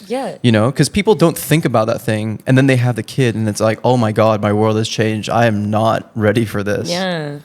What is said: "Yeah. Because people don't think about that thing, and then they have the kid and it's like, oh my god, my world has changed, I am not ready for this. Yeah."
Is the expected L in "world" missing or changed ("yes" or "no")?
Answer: no